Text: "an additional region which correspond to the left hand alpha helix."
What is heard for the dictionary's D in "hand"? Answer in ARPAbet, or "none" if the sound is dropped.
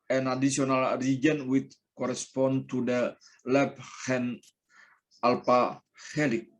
none